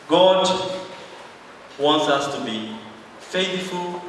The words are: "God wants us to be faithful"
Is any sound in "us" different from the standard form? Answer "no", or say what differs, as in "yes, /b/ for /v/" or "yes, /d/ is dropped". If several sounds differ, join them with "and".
no